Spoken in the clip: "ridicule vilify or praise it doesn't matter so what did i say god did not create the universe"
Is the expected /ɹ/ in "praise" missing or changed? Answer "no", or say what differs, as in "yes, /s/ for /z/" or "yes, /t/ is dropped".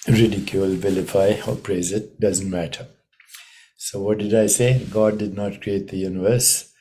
no